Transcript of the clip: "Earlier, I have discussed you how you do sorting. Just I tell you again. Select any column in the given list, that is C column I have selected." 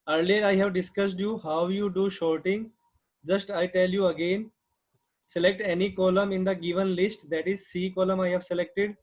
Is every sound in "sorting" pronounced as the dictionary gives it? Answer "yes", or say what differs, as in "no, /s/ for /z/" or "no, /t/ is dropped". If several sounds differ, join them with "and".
no, /ʃ/ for /s/